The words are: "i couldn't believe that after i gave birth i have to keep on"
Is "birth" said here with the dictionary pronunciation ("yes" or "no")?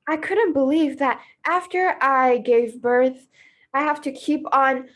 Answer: yes